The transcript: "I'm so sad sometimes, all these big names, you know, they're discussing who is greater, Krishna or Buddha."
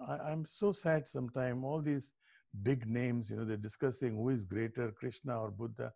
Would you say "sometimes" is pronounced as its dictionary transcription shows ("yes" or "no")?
no